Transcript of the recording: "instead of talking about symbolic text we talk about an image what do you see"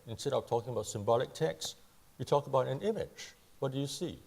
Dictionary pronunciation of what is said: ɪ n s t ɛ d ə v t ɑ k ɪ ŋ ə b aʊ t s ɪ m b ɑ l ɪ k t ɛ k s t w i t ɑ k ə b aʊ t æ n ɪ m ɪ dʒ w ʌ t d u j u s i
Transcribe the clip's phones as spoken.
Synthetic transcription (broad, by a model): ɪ n s t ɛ d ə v t ɑ k ɪ ŋ ə b aʊ t s ɪ m b ɑ l ɪ k t ɛ k s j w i t ɑ k ə b aʊ t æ n ɪ m ɪ dʒ w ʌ t d u j u s i